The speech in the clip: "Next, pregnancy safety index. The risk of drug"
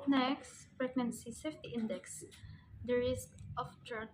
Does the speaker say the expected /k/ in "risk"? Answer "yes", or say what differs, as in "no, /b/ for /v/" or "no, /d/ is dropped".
yes